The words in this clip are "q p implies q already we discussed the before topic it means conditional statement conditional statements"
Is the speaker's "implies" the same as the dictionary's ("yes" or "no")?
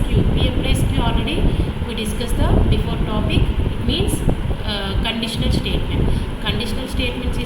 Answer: no